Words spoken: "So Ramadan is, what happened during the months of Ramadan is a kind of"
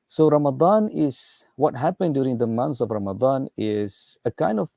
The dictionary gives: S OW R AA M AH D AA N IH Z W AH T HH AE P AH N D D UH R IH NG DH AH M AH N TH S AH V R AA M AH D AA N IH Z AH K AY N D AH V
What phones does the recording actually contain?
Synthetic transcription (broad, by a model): S OW R AA M AH D AA N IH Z W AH T HH AE P AH N D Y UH R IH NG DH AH M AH N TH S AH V R AA M AH D AA N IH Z AH K AY N D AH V